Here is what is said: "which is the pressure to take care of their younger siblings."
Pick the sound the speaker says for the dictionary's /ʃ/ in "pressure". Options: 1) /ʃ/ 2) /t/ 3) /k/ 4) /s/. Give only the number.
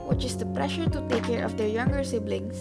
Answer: 1